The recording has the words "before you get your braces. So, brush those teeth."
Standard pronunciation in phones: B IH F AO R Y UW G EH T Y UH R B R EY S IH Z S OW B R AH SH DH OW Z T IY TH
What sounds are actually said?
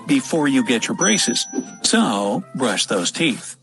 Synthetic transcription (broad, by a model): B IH F AO R Y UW G EH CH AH R B R EY S IH Z S OW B R AH SH DH OW Z T IY TH